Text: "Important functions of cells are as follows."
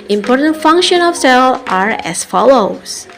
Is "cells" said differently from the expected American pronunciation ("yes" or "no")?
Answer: yes